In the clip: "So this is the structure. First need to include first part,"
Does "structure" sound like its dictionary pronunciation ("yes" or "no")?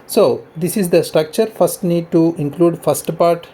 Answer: yes